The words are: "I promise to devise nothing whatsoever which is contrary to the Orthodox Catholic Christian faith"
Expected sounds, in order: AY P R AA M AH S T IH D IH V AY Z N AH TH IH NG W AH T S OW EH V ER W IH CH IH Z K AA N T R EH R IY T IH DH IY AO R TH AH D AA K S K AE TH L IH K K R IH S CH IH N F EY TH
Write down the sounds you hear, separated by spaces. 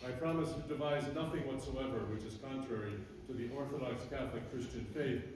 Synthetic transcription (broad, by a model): AY P R AA M AH S T IH D IH V AY Z N AH TH IH NG W AH T S OW EH V ER W IH CH IH Z K AA N T R EH R IY T IH DH IY AO R TH AH D AA K S K AE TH L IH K K R IH S CH IH N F EY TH